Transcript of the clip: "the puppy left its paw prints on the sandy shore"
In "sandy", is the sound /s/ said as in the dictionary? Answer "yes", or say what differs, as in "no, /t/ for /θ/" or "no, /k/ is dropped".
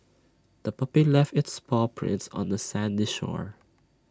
yes